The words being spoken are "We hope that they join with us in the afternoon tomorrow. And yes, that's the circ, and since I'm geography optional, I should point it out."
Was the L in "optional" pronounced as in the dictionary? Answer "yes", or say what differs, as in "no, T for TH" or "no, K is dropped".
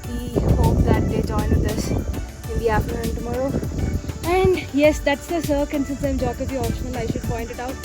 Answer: no, N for L